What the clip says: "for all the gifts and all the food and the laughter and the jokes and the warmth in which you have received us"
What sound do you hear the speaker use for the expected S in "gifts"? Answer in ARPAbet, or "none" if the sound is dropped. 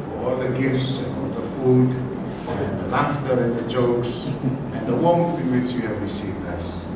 S